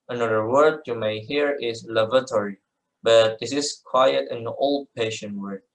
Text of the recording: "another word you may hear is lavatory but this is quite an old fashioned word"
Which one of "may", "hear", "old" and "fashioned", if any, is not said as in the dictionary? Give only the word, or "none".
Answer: fashioned